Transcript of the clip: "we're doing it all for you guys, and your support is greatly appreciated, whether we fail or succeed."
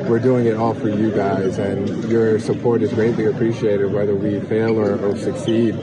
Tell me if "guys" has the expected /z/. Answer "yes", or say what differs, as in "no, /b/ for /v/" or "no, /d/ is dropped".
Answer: yes